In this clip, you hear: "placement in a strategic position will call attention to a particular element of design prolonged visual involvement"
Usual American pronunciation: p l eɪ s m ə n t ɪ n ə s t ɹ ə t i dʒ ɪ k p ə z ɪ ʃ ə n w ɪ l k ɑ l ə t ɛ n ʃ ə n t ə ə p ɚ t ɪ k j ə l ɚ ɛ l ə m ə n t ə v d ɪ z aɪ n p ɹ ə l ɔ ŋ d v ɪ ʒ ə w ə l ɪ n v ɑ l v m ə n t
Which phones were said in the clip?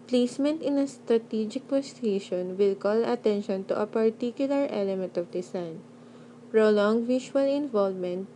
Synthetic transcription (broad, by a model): p l eɪ s m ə n t ɪ n ə s t ɹ ə t i dʒ ɪ k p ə s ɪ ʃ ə n w ɪ l k ɑ l ə t ɛ n ʃ ə n t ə ə p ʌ t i k j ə l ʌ ɛ l ə m ə n t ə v d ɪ s aɪ n p ɹ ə l ɔ ŋ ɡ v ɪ ʃ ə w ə l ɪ n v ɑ l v m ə n t